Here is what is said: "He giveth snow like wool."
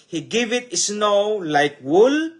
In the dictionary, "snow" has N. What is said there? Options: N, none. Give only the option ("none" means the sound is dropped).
N